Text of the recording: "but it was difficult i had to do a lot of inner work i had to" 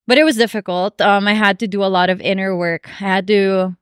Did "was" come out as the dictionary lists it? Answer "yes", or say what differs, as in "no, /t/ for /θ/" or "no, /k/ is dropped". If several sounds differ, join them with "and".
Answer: yes